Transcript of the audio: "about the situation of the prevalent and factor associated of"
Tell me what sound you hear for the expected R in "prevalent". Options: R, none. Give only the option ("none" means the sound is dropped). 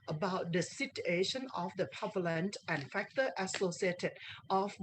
none